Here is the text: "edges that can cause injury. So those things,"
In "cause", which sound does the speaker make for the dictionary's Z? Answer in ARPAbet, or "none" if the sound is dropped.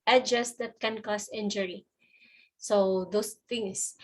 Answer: S